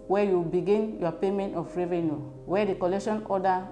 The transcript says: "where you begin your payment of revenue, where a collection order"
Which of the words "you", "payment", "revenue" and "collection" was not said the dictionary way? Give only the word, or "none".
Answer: none